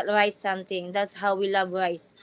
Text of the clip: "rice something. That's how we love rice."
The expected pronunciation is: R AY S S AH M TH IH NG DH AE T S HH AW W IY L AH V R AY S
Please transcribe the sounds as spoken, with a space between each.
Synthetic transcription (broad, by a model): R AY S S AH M T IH NG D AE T S HH AW W IY L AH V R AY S